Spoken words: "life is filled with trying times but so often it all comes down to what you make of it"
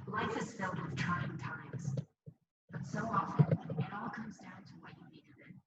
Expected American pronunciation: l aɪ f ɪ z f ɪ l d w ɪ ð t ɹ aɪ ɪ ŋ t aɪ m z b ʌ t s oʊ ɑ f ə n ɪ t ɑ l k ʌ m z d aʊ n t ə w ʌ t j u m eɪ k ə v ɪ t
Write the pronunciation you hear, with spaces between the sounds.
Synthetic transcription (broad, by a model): l aɪ f ɪ z f ɪ l d w ɪ ð t ɹ aɪ ɪ ŋ t aɪ m z b ʌ t s oʊ ɑ f ə n ɪ t ɑ l k ʌ m z d aʊ n t ə w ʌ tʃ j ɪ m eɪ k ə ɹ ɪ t